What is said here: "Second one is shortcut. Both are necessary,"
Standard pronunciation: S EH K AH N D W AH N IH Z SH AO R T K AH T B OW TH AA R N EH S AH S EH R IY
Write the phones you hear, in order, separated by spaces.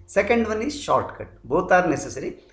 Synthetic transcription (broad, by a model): S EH K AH N D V AH N IH Z SH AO R T K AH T B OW T AA R N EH S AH S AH R IY